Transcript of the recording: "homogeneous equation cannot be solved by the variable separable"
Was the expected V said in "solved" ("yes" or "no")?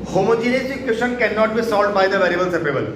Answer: no